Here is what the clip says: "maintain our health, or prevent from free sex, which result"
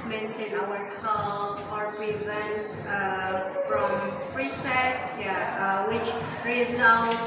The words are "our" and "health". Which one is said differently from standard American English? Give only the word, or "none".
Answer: health